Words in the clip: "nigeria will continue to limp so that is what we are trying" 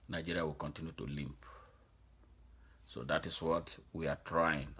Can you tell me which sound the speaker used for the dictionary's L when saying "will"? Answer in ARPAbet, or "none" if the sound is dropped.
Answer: L